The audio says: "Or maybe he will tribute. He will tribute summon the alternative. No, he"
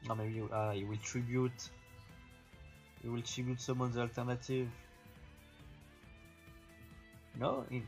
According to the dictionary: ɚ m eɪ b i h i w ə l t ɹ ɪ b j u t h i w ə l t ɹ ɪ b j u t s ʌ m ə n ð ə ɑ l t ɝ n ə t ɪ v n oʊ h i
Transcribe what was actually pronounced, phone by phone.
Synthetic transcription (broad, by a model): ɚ m eɪ b i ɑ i w ə l t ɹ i b j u t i w ə l t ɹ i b j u t s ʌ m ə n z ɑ l t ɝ n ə t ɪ v n oʊ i